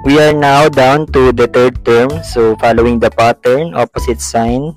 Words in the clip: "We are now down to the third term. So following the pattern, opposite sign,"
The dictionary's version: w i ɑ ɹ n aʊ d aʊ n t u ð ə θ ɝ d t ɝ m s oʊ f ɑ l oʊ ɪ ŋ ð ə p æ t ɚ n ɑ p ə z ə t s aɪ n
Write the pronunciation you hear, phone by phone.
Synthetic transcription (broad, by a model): w i ɑ ɹ n aʊ d aʊ n t u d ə t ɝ d t ɝ m s oʊ f ɑ l oʊ ɪ ŋ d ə p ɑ t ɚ n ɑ p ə s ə t s aɪ n